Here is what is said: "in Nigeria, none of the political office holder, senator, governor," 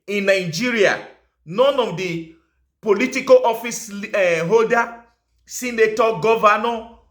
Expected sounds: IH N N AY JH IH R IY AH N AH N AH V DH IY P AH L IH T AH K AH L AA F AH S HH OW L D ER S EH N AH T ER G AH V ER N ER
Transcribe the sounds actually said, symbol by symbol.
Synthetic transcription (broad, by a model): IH N N AY JH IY R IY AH N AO N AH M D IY P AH L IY T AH K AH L AA F AH S HH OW D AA S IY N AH T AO G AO V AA N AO